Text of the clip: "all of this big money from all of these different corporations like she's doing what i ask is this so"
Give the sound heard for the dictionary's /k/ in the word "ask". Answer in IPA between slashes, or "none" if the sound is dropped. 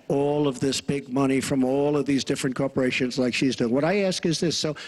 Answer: /k/